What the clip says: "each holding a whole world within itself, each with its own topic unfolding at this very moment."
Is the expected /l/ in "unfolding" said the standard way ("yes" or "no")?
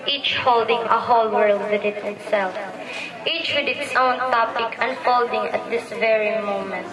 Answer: yes